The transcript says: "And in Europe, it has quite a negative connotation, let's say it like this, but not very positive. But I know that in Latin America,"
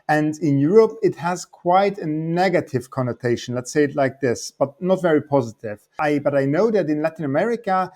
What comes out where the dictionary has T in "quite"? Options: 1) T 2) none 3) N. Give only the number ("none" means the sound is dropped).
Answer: 1